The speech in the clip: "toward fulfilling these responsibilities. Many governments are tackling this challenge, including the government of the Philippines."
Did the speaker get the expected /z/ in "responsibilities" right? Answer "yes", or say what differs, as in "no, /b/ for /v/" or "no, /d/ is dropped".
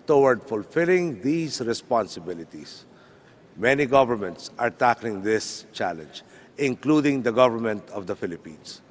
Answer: no, /s/ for /z/